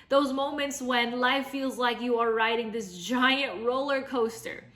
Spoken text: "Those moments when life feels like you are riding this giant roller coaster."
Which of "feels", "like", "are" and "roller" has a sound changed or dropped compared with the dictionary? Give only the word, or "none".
none